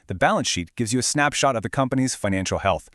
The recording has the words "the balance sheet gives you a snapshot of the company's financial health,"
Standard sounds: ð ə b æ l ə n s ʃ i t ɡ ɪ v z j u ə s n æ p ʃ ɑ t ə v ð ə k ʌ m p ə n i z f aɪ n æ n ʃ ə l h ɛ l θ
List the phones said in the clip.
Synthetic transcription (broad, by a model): ð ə b æ l ə n s ʃ i t ɡ ɪ v z j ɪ ə s n æ p ʃ ɑ t ə v ð ə k ʌ m p ə n i z f aɪ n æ n ʃ l h ɛ l θ